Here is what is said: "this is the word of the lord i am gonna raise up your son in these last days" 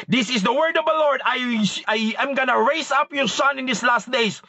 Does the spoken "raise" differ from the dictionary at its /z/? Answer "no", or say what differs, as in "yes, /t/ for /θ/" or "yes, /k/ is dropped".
yes, /s/ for /z/